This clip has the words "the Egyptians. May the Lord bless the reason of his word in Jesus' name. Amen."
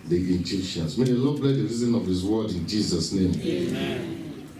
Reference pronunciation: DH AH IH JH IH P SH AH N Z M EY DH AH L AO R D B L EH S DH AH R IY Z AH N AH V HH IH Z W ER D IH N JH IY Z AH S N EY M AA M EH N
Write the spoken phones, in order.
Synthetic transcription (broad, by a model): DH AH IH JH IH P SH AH N S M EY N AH N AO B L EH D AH R IY Z AH N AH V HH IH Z W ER D IH N JH IY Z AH S N EY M M